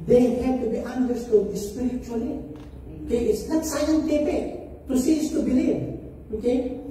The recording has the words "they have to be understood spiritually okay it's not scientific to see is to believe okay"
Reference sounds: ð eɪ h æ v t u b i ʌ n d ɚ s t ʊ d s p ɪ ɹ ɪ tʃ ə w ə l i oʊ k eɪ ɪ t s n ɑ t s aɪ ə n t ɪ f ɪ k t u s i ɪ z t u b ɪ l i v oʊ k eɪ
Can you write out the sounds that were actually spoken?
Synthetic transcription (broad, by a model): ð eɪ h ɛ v t u b i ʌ n d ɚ s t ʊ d s p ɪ ɹ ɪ tʃ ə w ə l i oʊ k eɪ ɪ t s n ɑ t s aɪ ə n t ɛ p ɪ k t u s i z t u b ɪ l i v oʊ k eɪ